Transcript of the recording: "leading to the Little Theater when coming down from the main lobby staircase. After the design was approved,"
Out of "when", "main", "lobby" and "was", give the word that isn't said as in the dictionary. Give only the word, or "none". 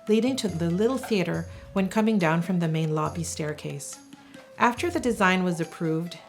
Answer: none